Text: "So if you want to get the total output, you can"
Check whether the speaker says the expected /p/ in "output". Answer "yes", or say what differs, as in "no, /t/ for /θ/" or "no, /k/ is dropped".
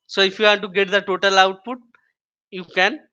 yes